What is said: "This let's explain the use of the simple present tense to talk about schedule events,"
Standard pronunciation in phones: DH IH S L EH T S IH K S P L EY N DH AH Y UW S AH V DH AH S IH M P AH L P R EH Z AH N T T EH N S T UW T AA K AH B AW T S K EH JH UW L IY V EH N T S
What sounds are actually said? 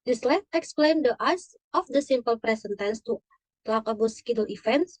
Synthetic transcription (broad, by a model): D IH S L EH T IH K S P L EY N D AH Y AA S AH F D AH S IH M P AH L P R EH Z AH N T T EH N S T UW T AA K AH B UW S K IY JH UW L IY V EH N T S